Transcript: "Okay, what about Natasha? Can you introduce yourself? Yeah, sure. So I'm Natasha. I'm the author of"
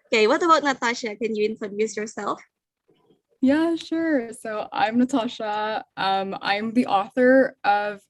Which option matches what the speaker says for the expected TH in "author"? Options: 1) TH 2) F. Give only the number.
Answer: 1